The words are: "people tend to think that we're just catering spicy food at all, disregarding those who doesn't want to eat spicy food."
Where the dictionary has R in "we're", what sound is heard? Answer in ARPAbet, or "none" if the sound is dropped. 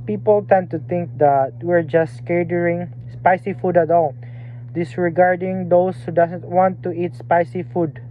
R